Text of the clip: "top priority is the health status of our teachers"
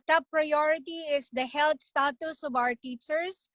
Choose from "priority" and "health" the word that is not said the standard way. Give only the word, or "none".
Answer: health